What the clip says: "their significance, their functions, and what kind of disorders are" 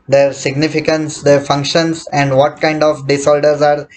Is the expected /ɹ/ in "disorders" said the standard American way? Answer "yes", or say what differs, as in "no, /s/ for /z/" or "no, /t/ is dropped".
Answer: no, /l/ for /ɹ/